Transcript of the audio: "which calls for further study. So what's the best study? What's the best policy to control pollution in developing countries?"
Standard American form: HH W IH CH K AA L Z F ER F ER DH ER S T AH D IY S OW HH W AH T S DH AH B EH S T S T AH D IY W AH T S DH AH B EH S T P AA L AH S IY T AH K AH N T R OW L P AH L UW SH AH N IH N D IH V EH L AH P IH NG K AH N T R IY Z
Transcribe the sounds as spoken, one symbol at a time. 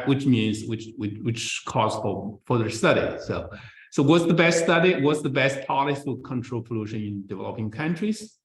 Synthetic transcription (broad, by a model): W W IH CH K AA Z F ER F ER DH ER S T AH D IY S OW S W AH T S DH AH B EH S T S T AH D IY W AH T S DH AH B EH S T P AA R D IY S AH K AH N T R OW L P AH L UW SH AH N IH N D IH V EH L AH P IH NG K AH N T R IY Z